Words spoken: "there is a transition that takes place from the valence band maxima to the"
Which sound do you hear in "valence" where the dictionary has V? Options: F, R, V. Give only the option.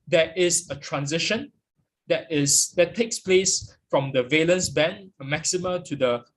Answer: V